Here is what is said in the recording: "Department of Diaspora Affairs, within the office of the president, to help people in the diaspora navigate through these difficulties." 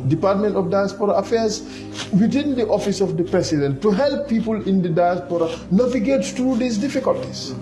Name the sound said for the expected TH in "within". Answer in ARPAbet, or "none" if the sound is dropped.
T